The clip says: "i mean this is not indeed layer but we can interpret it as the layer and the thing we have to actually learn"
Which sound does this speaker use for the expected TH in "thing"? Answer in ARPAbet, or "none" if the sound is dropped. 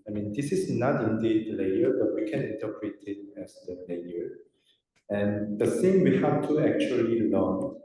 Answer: S